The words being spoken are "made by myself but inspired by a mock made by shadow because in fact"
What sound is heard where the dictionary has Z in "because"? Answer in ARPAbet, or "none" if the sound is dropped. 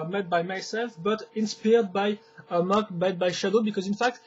Z